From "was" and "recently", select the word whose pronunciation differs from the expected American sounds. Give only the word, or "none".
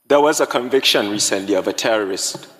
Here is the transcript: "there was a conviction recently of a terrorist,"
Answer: none